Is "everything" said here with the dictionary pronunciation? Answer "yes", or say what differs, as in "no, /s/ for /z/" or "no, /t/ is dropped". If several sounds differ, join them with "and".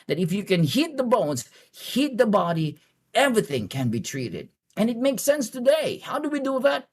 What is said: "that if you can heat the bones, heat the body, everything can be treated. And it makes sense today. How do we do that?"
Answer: yes